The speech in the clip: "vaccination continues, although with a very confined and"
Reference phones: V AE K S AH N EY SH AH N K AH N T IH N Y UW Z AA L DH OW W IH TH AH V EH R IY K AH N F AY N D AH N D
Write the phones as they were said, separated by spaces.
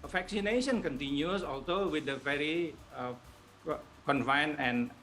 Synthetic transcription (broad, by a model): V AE K S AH N EY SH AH N K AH N T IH N Y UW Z AA L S OW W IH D AH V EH R IY K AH N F AY N AH N